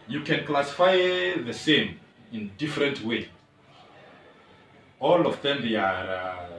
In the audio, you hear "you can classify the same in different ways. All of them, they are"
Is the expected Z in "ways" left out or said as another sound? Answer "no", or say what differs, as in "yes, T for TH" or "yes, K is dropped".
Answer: yes, Z is dropped